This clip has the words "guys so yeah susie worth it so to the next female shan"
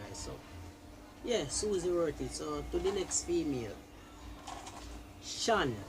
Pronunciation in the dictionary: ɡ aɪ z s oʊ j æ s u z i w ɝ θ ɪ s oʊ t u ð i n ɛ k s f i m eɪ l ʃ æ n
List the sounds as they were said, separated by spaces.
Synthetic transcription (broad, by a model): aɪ s oʊ j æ s u z i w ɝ t ɪ s oʊ t u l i n ɛ k s f i m eɪ l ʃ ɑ n